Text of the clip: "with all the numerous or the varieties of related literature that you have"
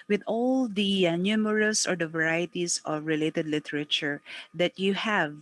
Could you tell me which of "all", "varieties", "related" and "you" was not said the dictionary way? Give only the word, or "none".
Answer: varieties